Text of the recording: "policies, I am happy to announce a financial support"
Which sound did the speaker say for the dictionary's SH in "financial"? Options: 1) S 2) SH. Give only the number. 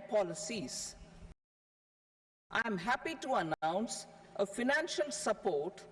2